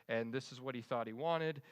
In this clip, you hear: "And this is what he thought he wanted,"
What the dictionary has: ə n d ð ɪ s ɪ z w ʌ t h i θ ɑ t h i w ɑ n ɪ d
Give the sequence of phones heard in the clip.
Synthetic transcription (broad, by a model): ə n ð ɪ s ɪ z w ʌ t h i θ ɑ t h i w ɑ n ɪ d